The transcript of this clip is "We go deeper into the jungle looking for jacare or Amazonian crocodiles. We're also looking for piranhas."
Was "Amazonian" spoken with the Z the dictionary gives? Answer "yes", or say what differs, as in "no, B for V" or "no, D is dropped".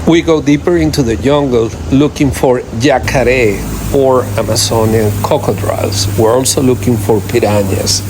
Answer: no, S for Z